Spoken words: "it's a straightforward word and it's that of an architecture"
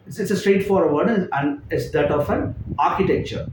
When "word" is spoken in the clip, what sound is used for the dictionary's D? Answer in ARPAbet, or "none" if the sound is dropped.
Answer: none